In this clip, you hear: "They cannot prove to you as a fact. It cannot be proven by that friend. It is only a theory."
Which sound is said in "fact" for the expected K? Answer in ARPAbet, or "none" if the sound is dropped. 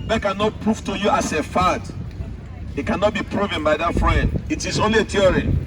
none